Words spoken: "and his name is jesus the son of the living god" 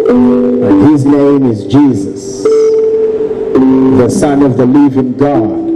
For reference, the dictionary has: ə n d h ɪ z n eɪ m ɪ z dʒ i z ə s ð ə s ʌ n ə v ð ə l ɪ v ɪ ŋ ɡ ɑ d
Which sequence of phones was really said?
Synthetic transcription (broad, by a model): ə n h ɪ z n eɪ m ɪ z dʒ i z ə s ð ə s ʌ n ə v ð ə l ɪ v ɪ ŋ ɡ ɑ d